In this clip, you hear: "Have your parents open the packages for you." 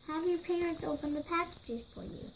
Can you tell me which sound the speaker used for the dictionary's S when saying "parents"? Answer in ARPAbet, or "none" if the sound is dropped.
S